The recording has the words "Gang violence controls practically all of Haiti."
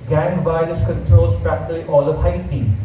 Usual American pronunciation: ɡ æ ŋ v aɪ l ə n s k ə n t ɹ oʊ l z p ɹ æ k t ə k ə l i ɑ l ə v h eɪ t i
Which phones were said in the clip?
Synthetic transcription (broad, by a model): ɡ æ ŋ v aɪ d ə s k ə n t ɹ oʊ l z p ɹ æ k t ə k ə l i ɑ l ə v h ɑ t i